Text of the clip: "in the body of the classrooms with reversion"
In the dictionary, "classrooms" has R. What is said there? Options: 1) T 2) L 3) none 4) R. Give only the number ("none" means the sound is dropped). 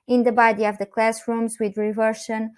4